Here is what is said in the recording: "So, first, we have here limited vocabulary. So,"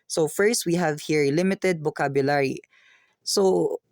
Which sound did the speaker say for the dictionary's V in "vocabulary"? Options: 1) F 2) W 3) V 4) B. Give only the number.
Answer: 4